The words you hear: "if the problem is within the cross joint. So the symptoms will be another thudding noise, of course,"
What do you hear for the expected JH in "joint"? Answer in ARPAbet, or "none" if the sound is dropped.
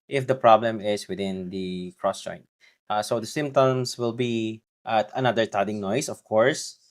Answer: CH